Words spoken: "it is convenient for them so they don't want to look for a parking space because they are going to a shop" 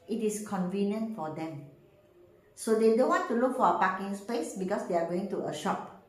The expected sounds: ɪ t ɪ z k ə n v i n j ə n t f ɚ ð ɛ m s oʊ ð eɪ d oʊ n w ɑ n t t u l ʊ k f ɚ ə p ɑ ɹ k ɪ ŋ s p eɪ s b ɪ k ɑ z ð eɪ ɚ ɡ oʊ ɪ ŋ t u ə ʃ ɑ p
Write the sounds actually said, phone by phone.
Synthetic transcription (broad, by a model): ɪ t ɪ s k ə n v i n j ə n t f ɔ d ɛ m s oʊ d eɪ d oʊ n w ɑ n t t u l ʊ k f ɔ ə p ɑ k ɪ ŋ s p eɪ s b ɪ k ɑ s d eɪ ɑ ɡ oʊ ɪ ŋ t u ə ʃ ɑ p